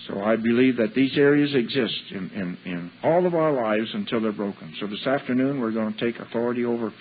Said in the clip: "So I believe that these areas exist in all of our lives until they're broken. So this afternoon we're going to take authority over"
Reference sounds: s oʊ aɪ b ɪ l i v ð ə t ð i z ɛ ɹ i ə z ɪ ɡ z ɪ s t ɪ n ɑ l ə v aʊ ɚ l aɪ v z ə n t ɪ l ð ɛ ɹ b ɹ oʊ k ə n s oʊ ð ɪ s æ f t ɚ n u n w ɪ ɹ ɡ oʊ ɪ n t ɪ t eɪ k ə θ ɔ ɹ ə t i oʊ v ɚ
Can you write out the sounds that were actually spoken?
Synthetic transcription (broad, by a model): s oʊ aɪ b ɪ l i v ð ə t ð i z ɛ ɹ i ə z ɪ ɡ z ɪ s t ɪ n ɑ l ə v aʊ ɚ l aɪ v z ə n t ɪ l ð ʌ ɹ b ɹ oʊ k ə n s oʊ ð ɪ s æ f t ɚ n u n w ɪ ɹ ɡ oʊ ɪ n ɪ t eɪ k ə θ ɔ ɹ ə t i oʊ v ɚ